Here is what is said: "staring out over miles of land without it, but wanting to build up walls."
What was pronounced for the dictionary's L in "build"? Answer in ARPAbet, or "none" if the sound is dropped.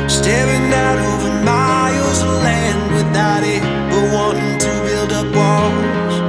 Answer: L